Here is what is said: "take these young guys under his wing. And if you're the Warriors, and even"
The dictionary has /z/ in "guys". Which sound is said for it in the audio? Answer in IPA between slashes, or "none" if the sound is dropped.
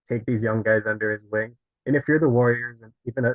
/z/